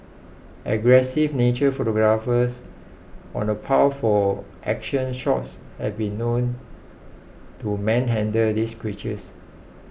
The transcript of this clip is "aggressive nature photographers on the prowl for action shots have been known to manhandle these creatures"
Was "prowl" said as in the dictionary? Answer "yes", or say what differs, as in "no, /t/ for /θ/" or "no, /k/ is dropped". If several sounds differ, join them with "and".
no, /ɹ/ is dropped